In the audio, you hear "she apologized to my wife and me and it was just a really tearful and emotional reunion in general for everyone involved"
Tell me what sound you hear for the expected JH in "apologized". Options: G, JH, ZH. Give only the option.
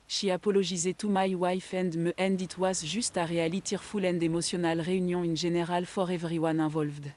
ZH